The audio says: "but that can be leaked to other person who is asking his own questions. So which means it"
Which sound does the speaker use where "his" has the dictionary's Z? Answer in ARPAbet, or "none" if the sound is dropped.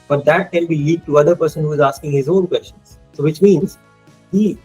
Z